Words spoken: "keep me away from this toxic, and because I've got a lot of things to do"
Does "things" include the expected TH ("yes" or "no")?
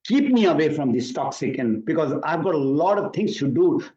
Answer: no